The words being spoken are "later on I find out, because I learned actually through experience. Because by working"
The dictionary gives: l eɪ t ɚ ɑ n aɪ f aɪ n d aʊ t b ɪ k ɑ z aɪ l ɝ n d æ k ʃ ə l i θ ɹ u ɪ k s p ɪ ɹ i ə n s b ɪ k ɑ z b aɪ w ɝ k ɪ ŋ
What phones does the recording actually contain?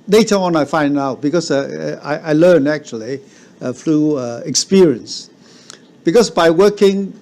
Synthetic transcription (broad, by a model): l eɪ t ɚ ɑ n aɪ f aɪ n d aʊ t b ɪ k ɑ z aɪ l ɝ n æ k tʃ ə l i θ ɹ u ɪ k s p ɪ ɹ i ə n s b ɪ k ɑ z b aɪ w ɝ k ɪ ŋ